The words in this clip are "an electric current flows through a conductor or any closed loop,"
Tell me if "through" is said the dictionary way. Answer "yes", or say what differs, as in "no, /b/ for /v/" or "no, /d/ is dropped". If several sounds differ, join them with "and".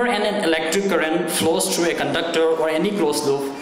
no, /t/ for /θ/